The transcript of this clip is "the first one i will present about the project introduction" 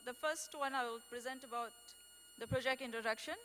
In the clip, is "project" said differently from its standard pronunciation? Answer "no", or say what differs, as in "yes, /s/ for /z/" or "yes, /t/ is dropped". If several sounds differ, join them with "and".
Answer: no